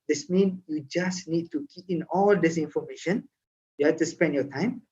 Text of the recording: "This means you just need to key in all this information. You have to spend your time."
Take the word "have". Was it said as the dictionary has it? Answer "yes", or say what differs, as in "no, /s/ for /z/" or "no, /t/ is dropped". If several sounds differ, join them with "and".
no, /f/ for /v/